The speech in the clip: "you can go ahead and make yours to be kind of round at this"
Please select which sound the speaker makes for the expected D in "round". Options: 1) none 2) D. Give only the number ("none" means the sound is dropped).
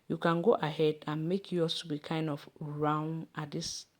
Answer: 1